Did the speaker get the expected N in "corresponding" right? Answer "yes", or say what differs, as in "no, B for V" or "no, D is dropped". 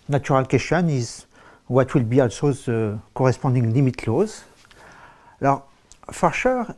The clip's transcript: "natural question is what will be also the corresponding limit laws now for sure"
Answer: no, N is dropped